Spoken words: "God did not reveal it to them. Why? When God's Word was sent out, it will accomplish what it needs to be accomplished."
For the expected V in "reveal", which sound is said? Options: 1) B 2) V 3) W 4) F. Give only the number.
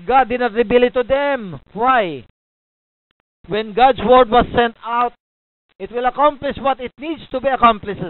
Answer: 1